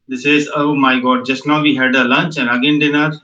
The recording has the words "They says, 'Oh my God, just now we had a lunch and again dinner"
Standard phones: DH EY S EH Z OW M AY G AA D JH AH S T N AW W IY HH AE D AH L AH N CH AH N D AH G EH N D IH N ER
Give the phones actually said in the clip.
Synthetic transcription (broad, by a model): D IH S EH Z OW M AY G AA D JH AH S T N AW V IY HH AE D AH L AH N CH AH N AH G EH N D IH N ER